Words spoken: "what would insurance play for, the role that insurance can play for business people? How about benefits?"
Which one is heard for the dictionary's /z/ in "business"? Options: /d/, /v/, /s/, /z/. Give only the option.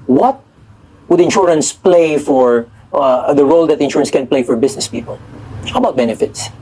/s/